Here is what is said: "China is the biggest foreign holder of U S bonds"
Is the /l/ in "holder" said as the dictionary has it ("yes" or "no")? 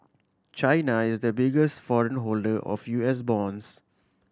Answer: yes